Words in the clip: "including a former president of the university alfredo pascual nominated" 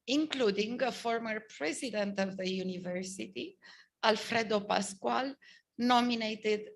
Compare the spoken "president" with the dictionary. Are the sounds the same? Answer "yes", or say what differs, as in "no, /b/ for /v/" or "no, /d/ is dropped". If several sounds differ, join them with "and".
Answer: yes